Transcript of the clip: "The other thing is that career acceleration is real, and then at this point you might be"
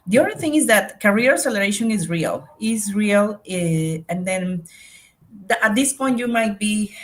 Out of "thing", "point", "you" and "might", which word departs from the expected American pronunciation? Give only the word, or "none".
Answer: none